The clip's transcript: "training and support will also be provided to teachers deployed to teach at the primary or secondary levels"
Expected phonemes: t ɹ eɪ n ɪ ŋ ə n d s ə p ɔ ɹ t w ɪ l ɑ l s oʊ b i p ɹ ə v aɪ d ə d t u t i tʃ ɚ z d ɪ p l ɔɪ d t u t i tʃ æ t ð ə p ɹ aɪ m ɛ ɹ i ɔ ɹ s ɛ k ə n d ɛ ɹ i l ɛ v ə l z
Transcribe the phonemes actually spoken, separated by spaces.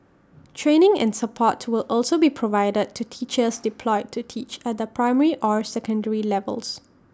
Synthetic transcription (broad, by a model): t ɹ eɪ n ɪ ŋ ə n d s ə p ɔ t w ɪ l ɑ l s oʊ b i p ɹ ə v aɪ d ə d t u t i tʃ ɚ s d ɪ p l ɔɪ d t u t i tʃ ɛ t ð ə p ɹ aɪ m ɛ ɹ i ɔ ɹ s ɛ k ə n d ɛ ɹ i l ɛ v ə l s